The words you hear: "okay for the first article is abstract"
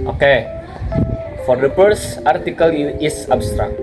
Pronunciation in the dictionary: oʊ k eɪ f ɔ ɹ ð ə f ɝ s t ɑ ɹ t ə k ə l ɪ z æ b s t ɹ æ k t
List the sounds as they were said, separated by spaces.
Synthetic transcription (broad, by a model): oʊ k eɪ f ɔ ɹ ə p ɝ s ɑ ɹ t ə k ə l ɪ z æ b s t ɹ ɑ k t